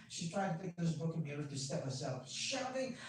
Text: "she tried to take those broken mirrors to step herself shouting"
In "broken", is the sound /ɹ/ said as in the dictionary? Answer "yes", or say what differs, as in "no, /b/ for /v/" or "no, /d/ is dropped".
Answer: no, /ɹ/ is dropped